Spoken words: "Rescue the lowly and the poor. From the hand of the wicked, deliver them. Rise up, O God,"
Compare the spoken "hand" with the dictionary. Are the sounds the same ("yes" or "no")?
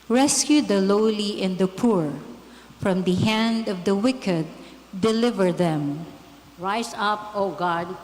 yes